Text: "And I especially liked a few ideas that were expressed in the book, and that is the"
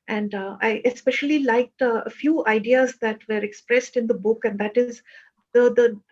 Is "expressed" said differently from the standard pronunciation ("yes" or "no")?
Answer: no